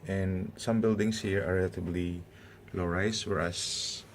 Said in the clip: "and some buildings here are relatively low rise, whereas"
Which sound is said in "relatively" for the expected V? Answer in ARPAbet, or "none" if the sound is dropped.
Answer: B